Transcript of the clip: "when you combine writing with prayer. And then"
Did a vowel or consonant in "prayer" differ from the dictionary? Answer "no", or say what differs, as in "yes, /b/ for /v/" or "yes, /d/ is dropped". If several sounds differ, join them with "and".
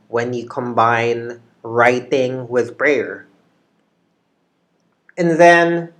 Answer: yes, /b/ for /p/